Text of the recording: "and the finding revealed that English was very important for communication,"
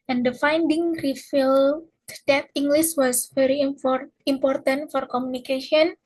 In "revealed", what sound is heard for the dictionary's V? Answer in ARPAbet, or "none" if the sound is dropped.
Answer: F